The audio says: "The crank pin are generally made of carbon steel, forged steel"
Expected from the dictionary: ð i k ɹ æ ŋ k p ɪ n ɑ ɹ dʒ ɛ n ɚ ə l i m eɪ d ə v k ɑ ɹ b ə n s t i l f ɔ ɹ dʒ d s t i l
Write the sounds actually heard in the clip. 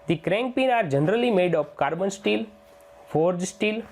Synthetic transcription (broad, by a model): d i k ɹ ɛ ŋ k p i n ɑ ɹ dʒ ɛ n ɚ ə l i m eɪ d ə p k ɑ ɹ b ə n s t i l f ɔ ɹ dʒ s t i l